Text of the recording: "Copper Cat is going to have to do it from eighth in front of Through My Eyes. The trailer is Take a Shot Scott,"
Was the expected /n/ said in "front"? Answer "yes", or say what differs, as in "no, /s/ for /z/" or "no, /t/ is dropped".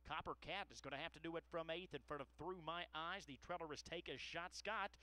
no, /n/ is dropped